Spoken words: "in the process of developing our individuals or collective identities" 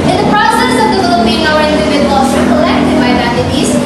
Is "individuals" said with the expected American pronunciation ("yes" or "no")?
no